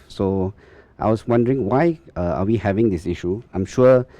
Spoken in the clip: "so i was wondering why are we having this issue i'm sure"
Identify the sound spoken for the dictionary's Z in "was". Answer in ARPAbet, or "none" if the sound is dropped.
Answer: S